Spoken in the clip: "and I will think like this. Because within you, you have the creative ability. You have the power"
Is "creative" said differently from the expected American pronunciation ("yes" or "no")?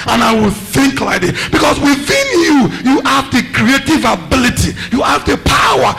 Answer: no